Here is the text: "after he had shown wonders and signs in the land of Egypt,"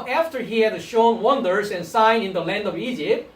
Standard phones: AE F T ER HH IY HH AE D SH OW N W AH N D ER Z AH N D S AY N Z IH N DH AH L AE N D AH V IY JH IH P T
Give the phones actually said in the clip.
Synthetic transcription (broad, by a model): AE F T ER HH IY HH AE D SH OW N W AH N D ER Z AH N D S AY N IH N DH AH L AE N D AH V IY JH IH P T